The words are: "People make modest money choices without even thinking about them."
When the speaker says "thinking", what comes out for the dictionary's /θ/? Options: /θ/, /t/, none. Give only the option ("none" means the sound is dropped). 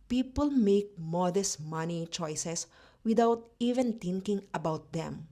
/t/